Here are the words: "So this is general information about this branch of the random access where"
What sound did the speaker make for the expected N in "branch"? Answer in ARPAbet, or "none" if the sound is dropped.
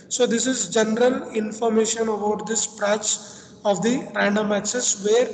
none